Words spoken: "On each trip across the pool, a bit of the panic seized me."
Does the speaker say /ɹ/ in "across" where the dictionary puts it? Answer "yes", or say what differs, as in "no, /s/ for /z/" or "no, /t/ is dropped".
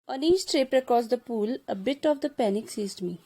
no, /ɹ/ is dropped